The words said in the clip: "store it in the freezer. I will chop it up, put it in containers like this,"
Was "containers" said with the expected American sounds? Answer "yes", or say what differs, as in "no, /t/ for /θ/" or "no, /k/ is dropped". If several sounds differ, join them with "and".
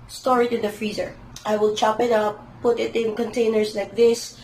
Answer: no, /s/ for /z/